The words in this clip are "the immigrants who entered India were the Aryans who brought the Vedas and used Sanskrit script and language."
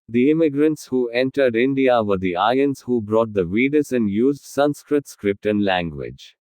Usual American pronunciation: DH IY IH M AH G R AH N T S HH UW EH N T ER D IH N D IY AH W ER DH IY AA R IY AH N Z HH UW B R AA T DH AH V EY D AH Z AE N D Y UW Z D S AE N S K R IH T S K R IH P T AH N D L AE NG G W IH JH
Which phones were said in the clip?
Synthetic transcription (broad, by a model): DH IY IH M AH G R AH N T S HH UW EH N T ER D IH N D IY AH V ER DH IY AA IY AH N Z HH UW B R AA T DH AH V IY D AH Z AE N D Y UW Z D S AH N S K R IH T S K R IH P T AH N L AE NG G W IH JH